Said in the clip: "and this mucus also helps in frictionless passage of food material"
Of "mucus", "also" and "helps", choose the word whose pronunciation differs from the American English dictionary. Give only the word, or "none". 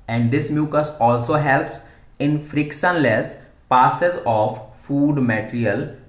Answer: none